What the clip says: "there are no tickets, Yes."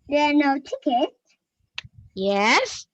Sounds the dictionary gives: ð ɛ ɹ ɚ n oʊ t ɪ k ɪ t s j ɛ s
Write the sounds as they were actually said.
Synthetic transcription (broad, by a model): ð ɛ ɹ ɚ n oʊ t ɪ k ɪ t j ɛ s